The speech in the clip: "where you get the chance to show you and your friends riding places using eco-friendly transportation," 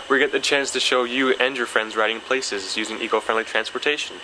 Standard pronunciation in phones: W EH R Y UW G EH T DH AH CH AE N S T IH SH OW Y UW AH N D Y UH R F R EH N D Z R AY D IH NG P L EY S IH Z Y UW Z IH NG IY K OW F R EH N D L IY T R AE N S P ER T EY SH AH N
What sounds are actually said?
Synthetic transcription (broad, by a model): W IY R G EH T DH AH CH AE N S T IH SH OW Y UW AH N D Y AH R F R EH N D Z R AY D IH NG P L EY S IH Z Y UW Z IH NG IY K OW F R EH N D L IY T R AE N S P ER T EY SH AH N